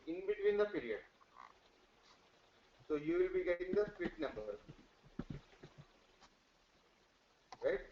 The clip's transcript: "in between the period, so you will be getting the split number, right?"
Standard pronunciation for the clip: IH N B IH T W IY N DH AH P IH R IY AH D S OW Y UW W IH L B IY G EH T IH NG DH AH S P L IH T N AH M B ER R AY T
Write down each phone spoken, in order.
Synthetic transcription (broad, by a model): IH N B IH T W IY N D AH P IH R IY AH D S OW Y UW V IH L B IY G EH T IH NG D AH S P IH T N AH M B ER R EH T